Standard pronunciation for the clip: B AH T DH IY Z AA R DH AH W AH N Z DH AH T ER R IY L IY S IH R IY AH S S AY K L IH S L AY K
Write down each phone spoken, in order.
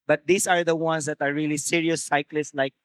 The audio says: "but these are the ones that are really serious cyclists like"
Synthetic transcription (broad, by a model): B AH T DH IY S AA R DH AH W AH N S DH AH T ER R IY L IY S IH R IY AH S S AY K L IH S L AY K